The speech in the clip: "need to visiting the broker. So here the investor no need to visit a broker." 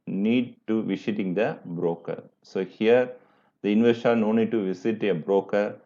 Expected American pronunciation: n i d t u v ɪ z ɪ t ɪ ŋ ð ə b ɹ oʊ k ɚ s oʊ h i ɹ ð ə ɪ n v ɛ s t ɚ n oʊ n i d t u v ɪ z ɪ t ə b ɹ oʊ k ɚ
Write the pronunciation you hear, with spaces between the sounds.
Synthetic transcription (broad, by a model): n i d t u v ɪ s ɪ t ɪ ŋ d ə b ɹ oʊ k ɚ s oʊ h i ɹ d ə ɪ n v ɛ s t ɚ n oʊ n i d t u v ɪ s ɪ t ə b ɹ oʊ k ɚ